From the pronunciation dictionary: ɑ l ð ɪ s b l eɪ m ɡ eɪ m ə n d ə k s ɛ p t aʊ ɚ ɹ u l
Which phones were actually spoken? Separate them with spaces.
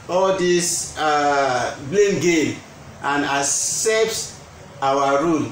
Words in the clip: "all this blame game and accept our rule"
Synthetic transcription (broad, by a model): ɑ l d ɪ s b l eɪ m ɡ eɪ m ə n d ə s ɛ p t aʊ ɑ ɹ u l